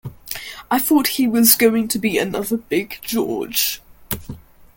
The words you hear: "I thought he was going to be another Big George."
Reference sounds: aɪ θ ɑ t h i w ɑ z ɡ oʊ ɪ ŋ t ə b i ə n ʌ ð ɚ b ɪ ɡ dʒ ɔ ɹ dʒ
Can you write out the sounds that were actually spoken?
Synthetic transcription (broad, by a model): aɪ θ ɑ t h i w ɑ z ɡ oʊ ɪ ŋ t ə b i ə n ʌ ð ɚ b ɪ ɡ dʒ ɔ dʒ